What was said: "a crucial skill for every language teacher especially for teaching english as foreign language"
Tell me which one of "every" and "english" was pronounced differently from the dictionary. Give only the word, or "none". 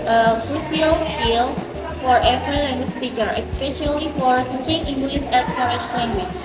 english